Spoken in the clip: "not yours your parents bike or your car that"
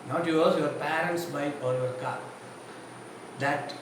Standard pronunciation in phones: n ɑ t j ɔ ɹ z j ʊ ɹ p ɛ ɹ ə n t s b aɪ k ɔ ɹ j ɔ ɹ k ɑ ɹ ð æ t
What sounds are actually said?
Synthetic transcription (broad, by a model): n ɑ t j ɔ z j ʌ ɹ p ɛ ɹ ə n t s b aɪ ɔ ɹ j ɔ ɹ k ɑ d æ t